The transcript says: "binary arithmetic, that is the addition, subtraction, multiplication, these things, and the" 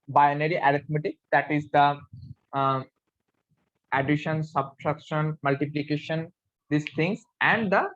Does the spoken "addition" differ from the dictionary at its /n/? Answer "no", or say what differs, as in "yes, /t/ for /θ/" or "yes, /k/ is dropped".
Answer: no